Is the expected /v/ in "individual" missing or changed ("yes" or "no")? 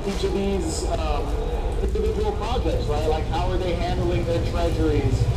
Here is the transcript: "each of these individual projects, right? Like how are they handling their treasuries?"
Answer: yes